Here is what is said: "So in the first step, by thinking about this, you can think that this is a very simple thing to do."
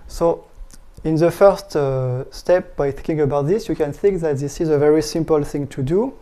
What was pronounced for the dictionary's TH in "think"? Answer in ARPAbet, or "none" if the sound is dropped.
TH